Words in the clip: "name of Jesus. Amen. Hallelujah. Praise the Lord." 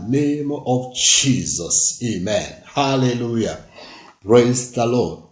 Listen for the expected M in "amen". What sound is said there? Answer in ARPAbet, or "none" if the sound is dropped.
M